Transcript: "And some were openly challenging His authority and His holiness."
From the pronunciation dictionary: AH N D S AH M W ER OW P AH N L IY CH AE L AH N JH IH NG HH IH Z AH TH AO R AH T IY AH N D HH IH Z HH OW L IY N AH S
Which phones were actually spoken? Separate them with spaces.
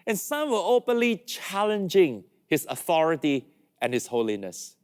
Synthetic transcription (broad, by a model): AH N S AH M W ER OW P AH N L IY CH AE L AH N JH IH NG HH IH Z AH TH AO R AH T IY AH N HH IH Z HH OW L IY N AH S